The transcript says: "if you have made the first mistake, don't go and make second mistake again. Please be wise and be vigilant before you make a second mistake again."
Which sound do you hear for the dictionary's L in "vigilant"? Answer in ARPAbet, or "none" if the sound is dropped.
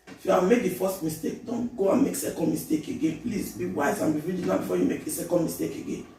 N